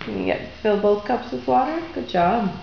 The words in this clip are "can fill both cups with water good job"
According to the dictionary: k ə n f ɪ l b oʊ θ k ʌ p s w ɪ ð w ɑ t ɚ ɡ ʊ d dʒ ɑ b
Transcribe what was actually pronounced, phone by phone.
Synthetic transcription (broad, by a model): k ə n f ɪ l b oʊ θ k ʌ p s w ɪ ð w ɑ t ɚ ɡ ʊ d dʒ ɑ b